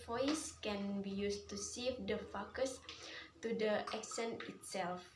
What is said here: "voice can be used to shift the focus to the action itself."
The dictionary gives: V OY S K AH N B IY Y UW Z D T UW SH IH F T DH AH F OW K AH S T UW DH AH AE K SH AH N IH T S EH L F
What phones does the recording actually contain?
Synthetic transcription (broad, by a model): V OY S K AH N B IY Y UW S T UW S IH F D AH F OW K AH S T UW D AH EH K S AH N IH T S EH L F